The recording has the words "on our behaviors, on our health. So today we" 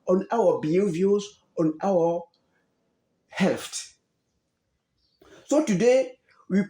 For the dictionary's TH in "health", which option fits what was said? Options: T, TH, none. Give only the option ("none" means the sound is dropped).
T